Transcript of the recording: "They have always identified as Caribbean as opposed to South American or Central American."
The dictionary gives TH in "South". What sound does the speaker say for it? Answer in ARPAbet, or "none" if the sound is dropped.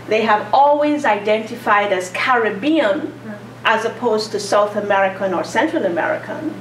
TH